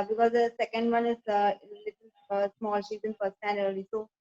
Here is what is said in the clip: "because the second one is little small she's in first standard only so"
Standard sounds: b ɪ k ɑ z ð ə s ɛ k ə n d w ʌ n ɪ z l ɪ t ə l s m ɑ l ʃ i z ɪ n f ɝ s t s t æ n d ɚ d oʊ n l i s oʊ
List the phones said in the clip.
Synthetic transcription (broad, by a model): b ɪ k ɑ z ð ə s ɛ k ə n d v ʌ n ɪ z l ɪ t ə s m ɑ l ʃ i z ɪ n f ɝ t s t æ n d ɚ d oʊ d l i s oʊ